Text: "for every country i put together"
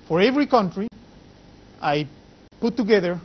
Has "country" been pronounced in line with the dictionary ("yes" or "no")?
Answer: yes